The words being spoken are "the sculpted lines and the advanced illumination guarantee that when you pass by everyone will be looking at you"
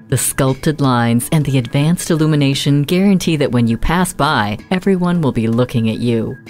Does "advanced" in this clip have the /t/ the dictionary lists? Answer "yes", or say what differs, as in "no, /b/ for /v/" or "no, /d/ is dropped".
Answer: yes